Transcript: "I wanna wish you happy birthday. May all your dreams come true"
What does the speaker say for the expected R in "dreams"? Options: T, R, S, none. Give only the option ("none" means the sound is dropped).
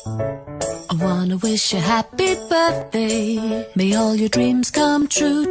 R